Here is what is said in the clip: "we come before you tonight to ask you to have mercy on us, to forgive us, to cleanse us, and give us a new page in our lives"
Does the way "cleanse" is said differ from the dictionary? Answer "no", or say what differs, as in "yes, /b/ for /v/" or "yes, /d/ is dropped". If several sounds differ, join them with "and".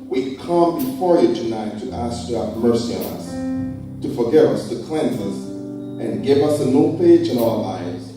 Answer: no